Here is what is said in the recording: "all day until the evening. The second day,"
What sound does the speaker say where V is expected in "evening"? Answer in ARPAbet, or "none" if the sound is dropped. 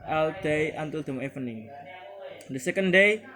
P